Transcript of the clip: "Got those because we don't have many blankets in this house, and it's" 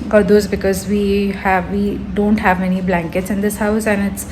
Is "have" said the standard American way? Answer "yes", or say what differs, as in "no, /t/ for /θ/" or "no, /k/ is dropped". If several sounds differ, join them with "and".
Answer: yes